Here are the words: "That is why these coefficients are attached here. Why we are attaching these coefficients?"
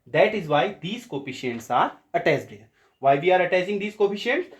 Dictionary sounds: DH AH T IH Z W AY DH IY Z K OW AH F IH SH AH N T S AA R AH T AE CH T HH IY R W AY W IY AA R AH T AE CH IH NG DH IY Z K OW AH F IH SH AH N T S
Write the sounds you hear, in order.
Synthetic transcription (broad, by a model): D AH T IH Z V AY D IY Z K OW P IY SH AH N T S AA R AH T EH S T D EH R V AY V IY AA R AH T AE S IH NG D IY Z K OW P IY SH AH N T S